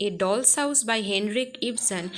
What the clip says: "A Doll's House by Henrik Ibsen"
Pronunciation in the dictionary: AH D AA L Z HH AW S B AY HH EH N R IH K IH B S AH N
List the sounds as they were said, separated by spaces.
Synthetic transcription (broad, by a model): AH D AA L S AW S B AY HH EH N R IH K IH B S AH N